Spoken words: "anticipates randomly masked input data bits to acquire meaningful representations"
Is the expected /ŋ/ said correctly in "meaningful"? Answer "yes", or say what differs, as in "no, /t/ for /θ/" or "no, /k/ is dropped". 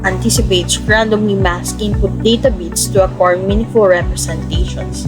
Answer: no, /ŋ/ is dropped